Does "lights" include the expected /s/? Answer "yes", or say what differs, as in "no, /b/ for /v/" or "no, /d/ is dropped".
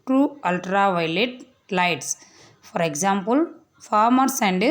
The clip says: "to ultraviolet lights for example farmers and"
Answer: yes